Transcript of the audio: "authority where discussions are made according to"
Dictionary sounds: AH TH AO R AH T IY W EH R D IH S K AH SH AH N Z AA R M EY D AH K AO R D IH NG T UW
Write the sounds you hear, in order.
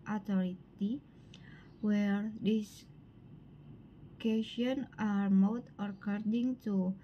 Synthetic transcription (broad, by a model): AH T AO R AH T IY W EH R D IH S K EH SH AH N AA R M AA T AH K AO R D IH NG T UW